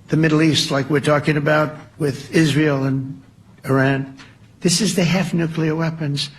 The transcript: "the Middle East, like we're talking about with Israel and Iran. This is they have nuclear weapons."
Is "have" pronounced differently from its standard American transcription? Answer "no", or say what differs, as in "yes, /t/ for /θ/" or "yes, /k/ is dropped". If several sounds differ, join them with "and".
yes, /f/ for /v/